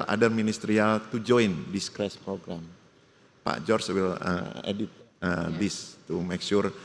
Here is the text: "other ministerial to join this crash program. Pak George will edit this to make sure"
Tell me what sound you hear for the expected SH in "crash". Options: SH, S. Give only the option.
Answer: S